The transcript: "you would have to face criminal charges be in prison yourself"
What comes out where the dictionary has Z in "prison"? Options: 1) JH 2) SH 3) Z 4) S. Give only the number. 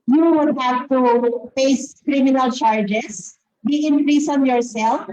4